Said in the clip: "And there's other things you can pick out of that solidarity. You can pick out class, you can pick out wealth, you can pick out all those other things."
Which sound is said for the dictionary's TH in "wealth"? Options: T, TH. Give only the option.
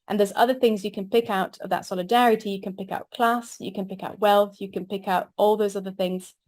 TH